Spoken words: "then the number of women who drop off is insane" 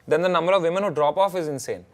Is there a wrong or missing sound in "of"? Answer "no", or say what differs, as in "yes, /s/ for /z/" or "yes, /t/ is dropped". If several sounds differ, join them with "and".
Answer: no